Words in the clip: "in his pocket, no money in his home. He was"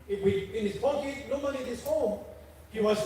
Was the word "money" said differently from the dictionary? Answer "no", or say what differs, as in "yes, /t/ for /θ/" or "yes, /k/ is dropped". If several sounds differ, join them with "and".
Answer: yes, /l/ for /n/